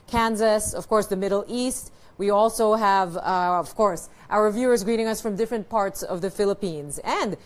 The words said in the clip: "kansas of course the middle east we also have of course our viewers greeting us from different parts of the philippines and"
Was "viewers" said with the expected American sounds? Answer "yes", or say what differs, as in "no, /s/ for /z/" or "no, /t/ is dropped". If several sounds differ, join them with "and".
yes